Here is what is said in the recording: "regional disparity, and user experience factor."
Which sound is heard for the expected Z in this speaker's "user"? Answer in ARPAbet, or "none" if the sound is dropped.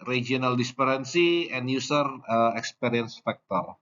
S